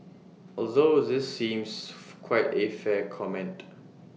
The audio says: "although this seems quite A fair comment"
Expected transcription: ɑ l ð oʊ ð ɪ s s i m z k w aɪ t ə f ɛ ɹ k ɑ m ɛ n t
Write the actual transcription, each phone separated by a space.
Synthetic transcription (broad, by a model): ɑ l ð oʊ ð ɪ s s i m s k w aɪ t ə f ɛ k ɑ m ɛ n t